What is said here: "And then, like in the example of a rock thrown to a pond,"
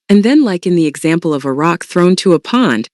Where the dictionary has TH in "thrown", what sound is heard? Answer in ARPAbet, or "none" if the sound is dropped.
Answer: TH